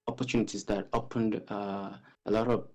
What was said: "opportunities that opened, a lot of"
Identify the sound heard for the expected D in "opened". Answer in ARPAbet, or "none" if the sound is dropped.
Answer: D